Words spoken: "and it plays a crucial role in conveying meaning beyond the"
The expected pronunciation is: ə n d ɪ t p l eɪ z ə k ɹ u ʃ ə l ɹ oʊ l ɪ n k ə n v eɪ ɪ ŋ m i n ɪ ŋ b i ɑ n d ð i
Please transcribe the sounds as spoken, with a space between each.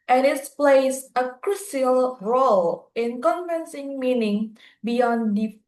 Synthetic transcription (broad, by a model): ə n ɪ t p l eɪ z ə k ɹ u s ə l ɹ oʊ l ɪ n k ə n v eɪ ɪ ŋ m i n ɪ ŋ b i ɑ n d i